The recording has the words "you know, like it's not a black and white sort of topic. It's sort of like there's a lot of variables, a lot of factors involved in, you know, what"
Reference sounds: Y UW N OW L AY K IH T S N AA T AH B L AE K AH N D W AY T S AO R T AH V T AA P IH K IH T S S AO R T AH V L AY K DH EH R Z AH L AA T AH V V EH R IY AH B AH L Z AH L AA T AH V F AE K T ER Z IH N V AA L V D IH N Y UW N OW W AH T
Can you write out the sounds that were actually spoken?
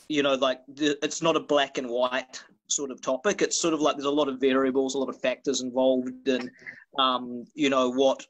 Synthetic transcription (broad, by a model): Y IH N OW L AY K IH T S N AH T AH B L AE K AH N W AY T S AO R T AH V T AA P IH K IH T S S AO R T AH V L AY K DH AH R Z AH L AA T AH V V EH R IY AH B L Z AH L AA T AH V F AE K T ER Z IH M V AA L V D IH N Y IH N OW W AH T